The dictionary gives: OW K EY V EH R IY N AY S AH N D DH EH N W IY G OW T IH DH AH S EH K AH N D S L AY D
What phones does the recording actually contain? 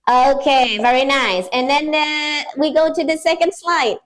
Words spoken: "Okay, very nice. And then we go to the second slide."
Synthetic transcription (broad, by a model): OW K EY V EH R IY N AY S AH N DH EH N W IY G OW T IH DH AH S EH K AH N D S L AY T